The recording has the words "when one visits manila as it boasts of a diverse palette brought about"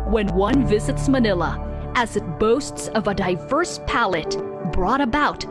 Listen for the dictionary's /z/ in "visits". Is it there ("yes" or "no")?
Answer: yes